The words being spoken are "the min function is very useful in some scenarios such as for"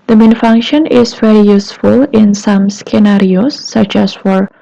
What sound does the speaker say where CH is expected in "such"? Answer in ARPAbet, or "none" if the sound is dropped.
CH